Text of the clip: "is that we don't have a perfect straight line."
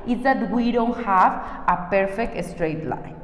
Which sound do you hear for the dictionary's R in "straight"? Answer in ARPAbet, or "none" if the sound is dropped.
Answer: R